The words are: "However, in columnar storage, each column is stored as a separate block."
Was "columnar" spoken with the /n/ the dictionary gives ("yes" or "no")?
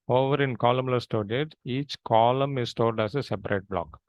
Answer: no